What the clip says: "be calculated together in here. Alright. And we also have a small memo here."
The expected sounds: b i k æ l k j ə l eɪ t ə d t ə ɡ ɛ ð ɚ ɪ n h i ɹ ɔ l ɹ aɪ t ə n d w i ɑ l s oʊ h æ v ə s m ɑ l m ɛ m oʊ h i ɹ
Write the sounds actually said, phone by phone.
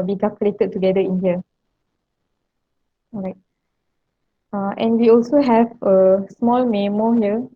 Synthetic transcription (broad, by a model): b i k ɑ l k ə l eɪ t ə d t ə ɡ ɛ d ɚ ɪ n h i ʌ ɹ aɪ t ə n w i ɑ l s oʊ h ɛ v ə s m ɑ l m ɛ m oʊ h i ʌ